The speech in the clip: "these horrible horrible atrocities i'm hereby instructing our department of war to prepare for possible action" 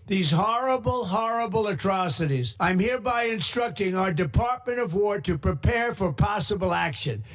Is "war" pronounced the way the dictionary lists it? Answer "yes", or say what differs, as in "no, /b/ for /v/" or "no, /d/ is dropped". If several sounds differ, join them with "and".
yes